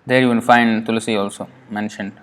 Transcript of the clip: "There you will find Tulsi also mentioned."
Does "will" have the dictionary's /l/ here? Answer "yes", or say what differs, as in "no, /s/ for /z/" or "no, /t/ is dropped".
no, /n/ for /l/